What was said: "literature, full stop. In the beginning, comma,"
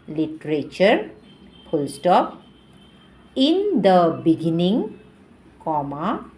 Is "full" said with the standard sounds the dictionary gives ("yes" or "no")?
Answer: no